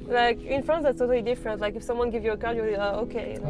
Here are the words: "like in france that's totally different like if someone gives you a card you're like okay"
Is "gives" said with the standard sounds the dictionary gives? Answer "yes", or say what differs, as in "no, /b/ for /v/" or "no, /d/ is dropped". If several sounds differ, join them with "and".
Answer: no, /z/ is dropped